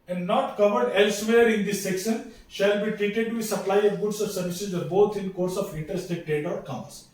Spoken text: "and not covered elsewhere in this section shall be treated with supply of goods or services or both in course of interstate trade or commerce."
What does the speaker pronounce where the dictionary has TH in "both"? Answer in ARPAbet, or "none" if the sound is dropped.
T